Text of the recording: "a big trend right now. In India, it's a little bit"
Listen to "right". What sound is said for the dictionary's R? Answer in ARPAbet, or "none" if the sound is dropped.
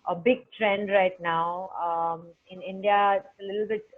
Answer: R